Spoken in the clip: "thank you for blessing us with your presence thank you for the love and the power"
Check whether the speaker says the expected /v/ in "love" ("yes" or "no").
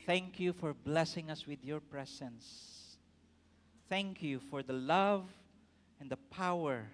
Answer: yes